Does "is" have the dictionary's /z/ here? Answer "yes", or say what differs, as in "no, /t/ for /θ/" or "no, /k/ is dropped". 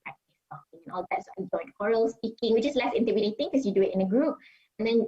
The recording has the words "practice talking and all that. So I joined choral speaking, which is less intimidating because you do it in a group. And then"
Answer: no, /s/ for /z/